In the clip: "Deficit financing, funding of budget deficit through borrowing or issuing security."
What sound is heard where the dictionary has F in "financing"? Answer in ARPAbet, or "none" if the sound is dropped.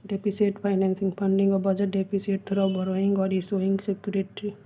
P